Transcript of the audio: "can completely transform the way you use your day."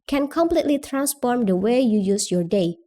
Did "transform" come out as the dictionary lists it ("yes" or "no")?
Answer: yes